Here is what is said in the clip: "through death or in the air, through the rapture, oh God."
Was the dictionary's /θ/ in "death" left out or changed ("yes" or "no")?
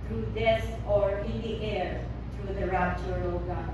yes